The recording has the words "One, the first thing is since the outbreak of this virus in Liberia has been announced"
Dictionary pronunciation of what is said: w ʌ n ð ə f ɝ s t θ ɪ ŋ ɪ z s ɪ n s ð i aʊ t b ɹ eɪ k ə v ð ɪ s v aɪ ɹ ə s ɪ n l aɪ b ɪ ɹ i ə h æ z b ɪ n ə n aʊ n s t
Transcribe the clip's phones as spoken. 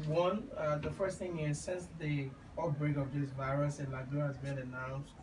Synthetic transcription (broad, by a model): w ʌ n ð ə f ɝ s t θ ɪ ŋ ɪ z s ɪ n s ð i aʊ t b ɹ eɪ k ə v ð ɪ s v aɪ ɹ ə s ɪ n l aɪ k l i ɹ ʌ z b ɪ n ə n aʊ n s